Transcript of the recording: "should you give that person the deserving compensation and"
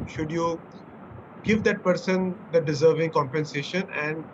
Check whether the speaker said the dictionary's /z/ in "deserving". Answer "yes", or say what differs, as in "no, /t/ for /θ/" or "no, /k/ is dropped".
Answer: yes